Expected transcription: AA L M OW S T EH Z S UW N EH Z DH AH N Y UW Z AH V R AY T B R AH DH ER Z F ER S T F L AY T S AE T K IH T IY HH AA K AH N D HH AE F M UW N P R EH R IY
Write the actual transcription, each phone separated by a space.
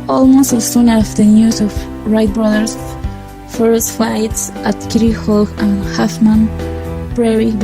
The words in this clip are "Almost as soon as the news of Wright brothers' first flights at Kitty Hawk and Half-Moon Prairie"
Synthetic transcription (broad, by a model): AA L M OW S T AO S UW N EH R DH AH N Y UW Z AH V R AY T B R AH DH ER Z F ER S T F AY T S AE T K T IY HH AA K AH N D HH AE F M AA N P R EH R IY